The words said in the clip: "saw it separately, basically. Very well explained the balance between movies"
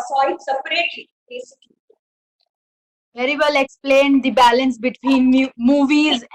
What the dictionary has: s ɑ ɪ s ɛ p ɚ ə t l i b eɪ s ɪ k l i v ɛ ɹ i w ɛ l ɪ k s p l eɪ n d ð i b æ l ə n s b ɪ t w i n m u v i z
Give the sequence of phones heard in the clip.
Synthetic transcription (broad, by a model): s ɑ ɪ s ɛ p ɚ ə t i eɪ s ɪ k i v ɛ ɹ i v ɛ l ɪ k s p l eɪ n d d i b æ l ə n s b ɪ t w i n m u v i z